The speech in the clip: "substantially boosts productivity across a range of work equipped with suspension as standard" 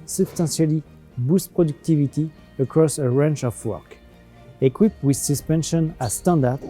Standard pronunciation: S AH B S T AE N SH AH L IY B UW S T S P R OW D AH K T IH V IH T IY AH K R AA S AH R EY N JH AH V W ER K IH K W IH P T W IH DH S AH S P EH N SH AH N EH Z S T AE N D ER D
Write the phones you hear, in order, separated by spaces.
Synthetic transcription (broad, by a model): S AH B S T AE N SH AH L IY B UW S S P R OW D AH K T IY V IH T IY AH K R AA S AH R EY N CH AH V W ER K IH K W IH P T W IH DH S AH S P EH N SH AH N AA S T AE N D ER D